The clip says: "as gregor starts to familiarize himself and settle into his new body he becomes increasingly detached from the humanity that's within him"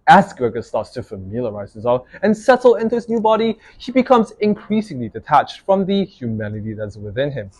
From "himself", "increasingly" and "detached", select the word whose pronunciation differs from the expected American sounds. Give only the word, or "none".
himself